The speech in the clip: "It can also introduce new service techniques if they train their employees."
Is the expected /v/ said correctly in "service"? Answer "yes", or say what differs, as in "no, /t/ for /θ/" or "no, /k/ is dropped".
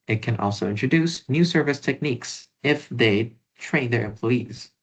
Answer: yes